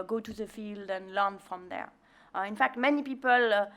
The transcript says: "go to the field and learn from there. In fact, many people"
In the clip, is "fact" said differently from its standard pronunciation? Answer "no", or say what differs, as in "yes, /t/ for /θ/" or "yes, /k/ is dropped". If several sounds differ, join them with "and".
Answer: no